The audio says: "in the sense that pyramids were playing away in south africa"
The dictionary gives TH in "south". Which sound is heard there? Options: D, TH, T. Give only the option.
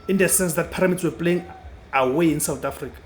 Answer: T